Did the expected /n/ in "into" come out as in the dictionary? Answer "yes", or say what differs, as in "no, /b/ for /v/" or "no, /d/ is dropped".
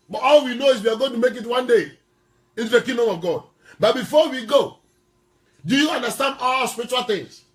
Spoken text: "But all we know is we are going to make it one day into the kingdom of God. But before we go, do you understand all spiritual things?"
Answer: no, /n/ is dropped